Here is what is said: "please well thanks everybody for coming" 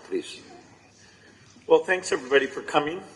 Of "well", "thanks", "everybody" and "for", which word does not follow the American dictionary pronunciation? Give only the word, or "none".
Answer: none